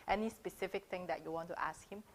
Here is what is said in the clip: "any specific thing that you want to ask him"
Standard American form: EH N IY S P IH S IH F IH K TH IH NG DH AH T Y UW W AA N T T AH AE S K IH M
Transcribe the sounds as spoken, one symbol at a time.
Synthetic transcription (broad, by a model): EH N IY S P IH S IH F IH K T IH NG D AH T Y UW W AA N T T AH S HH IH M